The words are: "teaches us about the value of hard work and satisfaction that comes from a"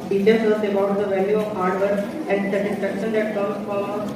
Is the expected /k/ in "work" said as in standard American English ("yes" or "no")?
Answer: no